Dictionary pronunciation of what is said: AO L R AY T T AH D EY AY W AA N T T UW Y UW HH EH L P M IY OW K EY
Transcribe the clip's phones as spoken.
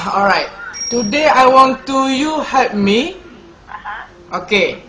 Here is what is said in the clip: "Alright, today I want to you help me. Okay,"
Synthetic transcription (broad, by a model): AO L R AY T T AH D EY AY W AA N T T UW Y UW HH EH P M IY OW K EY